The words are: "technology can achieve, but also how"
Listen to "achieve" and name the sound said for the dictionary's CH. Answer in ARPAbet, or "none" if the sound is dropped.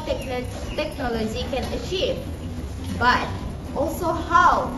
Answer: CH